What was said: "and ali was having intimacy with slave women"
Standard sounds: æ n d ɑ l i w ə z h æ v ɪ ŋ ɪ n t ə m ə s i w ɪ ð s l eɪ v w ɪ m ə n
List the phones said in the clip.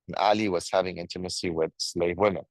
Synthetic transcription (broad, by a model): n ɑ l i w ə z h æ v ɪ ŋ ɪ n t ə m ə s i w ɪ ð s l eɪ v w ɪ m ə n